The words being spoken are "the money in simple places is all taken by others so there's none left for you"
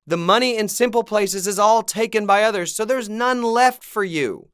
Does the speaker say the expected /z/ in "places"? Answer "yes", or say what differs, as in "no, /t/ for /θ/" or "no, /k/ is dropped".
yes